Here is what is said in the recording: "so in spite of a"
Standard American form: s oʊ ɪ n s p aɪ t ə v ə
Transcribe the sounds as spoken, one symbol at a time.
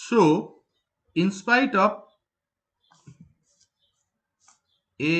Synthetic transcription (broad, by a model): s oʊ ɪ n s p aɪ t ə p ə